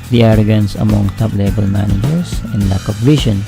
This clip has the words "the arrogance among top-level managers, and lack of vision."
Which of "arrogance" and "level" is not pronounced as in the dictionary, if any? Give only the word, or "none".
level